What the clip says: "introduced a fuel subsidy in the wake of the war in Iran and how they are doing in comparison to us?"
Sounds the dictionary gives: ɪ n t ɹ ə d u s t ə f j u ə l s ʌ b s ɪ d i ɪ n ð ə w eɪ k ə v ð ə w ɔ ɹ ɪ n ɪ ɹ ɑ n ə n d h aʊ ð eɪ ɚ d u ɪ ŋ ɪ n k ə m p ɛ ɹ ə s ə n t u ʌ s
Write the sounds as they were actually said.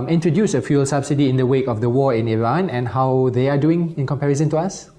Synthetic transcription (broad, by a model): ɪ n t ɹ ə d u s ə f j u l s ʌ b s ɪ d i ɪ n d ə w eɪ k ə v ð ə w ɔ ɪ n ɪ ɹ ɑ n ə n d h aʊ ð eɪ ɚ d u ɪ ŋ ɪ n k ə m p ɛ ɹ ə s ə n t u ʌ s